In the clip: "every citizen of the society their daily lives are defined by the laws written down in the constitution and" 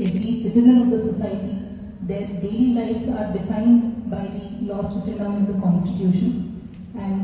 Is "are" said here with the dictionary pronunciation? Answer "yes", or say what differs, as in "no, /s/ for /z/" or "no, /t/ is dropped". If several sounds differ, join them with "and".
yes